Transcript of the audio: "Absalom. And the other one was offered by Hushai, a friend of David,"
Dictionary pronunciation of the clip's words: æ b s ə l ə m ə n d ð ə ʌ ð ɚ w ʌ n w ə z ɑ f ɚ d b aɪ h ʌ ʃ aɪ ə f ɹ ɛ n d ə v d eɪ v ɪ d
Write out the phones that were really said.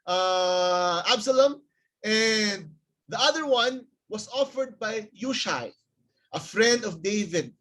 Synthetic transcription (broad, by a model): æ b s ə l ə m ə n d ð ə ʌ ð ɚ w ʌ n w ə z ɑ f ɚ d b aɪ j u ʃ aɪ ə f ɹ ɛ n d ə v d eɪ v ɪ d